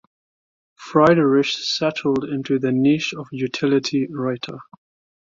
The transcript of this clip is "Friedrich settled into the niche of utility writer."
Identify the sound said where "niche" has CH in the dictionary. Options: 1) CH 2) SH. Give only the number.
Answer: 2